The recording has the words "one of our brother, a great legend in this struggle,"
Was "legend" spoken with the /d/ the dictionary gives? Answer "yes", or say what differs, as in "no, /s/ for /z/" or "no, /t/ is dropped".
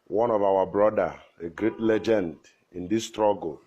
yes